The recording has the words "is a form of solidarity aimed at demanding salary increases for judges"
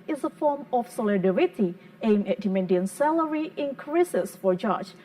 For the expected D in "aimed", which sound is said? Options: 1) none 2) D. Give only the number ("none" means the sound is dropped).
1